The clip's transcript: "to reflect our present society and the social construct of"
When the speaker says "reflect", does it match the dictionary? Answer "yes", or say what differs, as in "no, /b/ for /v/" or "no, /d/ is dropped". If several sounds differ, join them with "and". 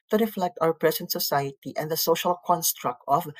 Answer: yes